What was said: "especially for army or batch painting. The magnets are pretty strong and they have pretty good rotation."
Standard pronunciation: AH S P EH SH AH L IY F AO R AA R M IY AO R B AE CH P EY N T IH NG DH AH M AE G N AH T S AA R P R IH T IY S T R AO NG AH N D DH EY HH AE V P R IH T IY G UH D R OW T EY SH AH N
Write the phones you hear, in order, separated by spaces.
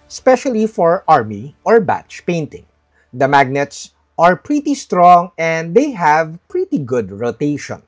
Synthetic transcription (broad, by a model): S P EH SH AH L IY F AO R AA R M IY AO R B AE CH P EY N T IH NG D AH M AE G N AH T S AA R P R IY T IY S T R AO NG AH N D EY HH AE V P R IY T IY G UH D R OW T EY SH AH N